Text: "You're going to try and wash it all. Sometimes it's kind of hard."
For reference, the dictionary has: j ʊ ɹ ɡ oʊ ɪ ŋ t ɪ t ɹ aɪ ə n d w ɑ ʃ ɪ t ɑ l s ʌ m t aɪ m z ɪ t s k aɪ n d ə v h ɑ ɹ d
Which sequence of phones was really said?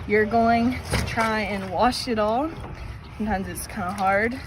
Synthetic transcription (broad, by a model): j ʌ ɹ ɡ oʊ ɪ ŋ t ɪ t ɹ aɪ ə n w ɑ ʃ ɪ t ɑ l s ʌ m t aɪ m z ɪ t s k aɪ n d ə h ɑ ɹ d